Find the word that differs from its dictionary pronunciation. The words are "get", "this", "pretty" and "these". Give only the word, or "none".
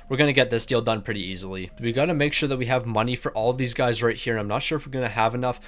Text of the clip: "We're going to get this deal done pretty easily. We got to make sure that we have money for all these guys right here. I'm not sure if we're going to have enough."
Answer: none